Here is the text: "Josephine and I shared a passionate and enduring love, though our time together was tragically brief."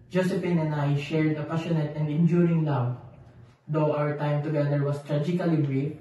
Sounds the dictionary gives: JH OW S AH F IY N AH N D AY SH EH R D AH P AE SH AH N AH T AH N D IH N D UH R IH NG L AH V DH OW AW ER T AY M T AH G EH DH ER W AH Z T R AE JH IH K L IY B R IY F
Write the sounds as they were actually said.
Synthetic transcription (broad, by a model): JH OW S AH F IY N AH N AY SH EH R D AH P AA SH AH N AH T AH N D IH N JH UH R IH NG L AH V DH OW AW ER T AY M T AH G EH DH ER W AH S T R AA JH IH K L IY B R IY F